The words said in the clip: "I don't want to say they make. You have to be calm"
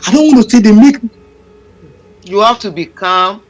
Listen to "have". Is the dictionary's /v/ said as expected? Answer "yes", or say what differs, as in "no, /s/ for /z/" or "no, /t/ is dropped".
no, /f/ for /v/